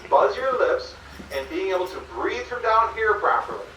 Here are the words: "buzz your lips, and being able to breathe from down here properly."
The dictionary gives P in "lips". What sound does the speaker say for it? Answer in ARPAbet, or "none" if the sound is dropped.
P